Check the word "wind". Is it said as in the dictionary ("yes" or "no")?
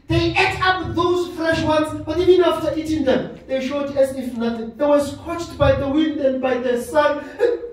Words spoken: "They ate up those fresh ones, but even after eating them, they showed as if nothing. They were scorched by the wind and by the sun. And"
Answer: yes